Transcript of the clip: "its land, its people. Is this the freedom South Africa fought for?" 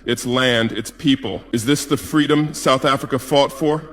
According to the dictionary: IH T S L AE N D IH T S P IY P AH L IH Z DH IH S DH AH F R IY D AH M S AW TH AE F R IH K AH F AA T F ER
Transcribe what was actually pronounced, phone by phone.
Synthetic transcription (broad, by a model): IH T S L AE N D IH T S P IY P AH L IH Z DH IH S DH AH F R IY D AH M S AW TH AE F R IH K AH F AA T F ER